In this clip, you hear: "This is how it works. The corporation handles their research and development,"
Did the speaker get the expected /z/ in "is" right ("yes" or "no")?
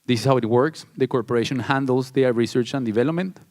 no